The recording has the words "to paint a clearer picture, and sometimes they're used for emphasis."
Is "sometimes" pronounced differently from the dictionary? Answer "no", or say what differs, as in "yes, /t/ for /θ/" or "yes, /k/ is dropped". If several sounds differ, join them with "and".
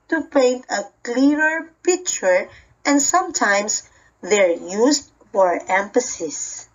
yes, /s/ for /z/